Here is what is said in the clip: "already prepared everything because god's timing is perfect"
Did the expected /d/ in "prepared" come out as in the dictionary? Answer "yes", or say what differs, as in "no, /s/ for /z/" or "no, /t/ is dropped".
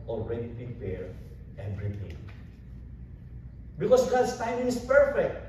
no, /d/ is dropped